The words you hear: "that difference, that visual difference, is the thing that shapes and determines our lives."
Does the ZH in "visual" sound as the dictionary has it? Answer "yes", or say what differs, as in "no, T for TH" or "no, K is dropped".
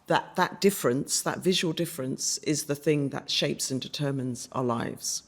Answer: yes